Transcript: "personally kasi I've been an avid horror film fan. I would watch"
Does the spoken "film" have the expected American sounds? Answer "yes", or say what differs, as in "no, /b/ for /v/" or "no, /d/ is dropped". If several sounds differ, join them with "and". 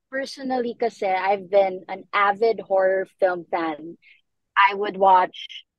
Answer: yes